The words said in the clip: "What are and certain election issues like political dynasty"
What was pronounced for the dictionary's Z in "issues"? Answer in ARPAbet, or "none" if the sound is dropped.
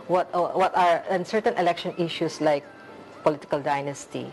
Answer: S